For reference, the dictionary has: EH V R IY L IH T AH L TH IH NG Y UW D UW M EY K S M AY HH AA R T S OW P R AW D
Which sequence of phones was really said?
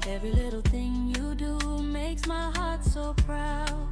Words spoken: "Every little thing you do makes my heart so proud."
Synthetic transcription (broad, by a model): EH V R IY L IH T L TH IH NG Y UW D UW M EY K S M AY HH AA R T S OW P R AW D